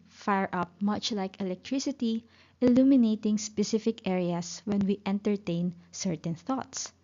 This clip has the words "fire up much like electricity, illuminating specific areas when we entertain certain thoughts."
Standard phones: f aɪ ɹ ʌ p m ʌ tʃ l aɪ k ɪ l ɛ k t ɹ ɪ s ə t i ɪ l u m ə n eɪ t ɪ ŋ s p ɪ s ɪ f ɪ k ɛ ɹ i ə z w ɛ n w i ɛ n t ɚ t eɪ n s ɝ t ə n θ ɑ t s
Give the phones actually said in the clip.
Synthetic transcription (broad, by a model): f aɪ ɹ ʌ p m ʌ tʃ l aɪ k ɪ l ɛ k t ɹ ɪ s ə t i ɪ l u m ə n eɪ t ɪ ŋ s p ɪ s ɪ f ɪ k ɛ ɹ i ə s w ɛ n w i ɛ n t ɚ t eɪ n s ɝ t ə n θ ɑ t s